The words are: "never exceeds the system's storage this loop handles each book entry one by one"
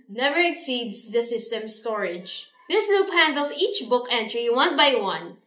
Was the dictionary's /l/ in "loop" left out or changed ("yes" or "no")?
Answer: yes